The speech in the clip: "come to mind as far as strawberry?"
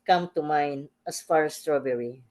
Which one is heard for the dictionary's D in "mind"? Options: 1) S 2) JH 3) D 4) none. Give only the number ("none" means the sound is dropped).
4